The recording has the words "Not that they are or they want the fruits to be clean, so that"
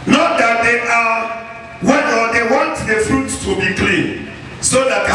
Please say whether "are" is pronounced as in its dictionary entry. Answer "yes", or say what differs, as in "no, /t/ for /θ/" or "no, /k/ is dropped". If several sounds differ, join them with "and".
no, /w/ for /ɹ/